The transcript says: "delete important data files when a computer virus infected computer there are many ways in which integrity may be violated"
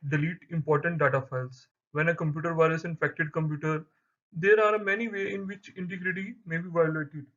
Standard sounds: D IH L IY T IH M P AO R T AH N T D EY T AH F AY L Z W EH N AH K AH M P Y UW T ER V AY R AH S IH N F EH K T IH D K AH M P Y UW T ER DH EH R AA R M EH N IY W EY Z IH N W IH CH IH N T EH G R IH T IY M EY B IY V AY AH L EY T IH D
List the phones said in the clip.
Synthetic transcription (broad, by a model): D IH L IY T IH M P AO R T AH N T D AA T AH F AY L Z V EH N AH K AH M P Y UW T ER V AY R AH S IH N F EH K T IH D K AH M P Y UW T ER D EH R AA R M EH N IY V EY IH N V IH CH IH N T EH G R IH T IY M EY B IY V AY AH L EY T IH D